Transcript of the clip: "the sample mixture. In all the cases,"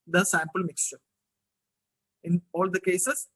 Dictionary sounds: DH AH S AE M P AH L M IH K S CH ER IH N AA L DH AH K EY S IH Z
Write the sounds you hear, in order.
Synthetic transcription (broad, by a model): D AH S AE M P AH L M IH K S CH ER IH N AA L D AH K EY S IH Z